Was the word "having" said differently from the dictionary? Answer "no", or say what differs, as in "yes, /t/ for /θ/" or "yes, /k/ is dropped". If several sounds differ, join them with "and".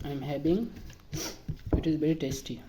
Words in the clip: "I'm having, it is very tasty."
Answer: yes, /b/ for /v/